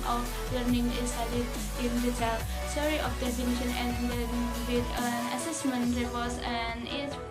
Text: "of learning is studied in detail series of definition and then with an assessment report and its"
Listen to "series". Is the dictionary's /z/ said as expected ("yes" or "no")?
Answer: no